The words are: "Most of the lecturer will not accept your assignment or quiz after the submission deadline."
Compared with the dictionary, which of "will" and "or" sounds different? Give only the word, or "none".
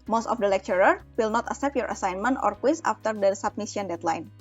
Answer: none